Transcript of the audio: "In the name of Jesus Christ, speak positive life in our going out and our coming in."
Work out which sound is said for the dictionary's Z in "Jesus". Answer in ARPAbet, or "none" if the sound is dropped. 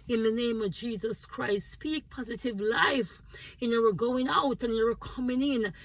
Z